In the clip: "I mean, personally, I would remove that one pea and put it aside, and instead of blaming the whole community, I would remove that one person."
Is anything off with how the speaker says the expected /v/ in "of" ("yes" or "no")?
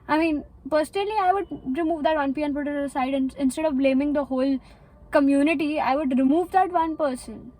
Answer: no